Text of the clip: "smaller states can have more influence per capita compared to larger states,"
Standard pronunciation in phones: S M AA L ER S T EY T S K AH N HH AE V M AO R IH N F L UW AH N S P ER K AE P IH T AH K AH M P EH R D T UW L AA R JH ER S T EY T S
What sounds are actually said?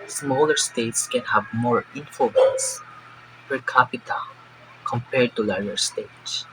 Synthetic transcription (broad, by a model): S M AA L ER S T EY T S K AH N HH AE V M AO R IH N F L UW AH N S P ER K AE P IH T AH K AH M P EH R D T UW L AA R ER S T EY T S